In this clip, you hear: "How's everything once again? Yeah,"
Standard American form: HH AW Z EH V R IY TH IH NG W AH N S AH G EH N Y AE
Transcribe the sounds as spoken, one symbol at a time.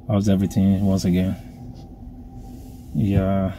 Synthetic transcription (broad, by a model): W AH Z EH V R IY TH IH NG W AH N S AH G EH N Y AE